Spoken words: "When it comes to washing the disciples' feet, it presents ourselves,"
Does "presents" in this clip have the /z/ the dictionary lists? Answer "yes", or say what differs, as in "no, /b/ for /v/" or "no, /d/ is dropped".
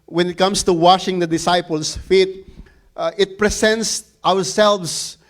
no, /s/ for /z/